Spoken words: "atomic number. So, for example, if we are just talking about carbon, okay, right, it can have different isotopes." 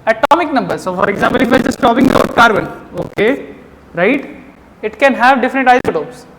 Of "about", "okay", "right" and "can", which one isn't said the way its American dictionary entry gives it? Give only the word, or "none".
about